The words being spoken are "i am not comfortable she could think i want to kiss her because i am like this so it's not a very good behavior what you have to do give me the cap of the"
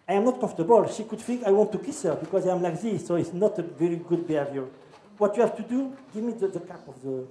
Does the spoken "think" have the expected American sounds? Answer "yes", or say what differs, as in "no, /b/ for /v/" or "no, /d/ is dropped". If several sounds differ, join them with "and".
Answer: no, /f/ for /θ/